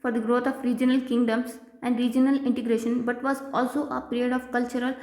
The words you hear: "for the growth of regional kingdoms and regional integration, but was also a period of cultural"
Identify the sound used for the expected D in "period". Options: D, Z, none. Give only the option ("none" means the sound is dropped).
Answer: D